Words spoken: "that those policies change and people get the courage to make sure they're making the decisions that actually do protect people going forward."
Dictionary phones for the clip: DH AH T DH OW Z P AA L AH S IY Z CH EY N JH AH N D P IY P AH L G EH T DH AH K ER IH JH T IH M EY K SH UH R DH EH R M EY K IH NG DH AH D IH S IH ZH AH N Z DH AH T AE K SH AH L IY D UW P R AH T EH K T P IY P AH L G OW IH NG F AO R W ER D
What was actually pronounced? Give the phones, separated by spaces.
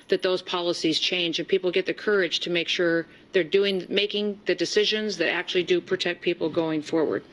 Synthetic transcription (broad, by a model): DH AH T DH OW Z P AA L AH S IY Z CH EY N JH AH N P IY P L G EH T DH AH K ER IH JH T IH M EY K SH UH R DH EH R M EY K IH NG DH AH D IH S IH ZH AH N Z DH AH T AE K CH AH L IY D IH P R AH T EH K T P IY P L G OW IH NG F AO R W ER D